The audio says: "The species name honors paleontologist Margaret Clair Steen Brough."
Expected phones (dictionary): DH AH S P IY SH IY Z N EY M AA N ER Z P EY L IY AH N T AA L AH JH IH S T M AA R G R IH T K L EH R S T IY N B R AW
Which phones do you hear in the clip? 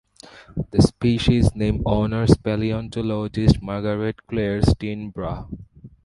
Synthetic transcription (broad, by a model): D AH S P IY SH IY Z N EY M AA N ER S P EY L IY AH N T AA L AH JH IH S T M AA R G R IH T K L EH R S T IY N B R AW